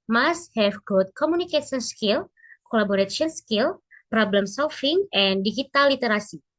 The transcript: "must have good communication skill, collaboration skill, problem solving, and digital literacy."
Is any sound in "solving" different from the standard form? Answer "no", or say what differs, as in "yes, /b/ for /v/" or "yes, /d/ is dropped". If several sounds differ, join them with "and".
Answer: yes, /f/ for /v/